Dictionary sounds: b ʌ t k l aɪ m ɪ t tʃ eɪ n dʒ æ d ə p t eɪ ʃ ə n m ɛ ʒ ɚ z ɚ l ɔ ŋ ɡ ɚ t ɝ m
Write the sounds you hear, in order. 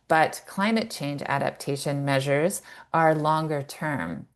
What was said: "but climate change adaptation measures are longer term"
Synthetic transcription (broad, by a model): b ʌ t k l aɪ m ɪ t tʃ eɪ n dʒ æ d ə p t eɪ ʃ ə n m ɛ ʒ ɚ z ɚ l ɔ ŋ ɡ ɚ t ɝ m